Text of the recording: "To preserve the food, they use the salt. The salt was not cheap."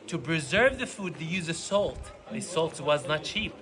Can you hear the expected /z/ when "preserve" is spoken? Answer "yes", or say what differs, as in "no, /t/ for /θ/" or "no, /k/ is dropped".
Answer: yes